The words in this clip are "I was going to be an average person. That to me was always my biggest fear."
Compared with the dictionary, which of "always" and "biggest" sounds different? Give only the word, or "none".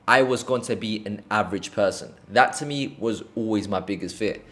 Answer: none